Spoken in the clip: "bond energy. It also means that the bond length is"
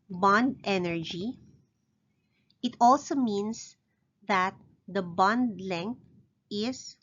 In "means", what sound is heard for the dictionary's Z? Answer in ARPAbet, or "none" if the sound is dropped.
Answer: S